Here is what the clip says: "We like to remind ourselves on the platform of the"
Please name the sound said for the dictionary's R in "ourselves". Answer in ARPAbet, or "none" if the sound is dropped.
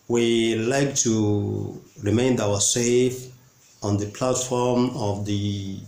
W